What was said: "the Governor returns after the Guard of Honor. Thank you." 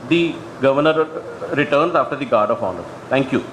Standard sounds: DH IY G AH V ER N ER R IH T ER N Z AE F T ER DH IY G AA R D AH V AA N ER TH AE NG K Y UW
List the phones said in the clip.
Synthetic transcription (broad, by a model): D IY G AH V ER N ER R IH T ER N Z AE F T ER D IY G AA R D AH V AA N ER T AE NG K Y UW